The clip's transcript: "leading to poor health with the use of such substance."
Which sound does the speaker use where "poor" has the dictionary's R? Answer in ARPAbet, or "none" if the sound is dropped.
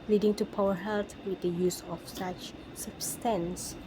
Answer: W